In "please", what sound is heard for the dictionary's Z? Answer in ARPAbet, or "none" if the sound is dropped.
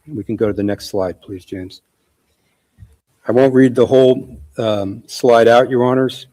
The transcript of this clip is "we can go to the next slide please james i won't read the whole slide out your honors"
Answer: Z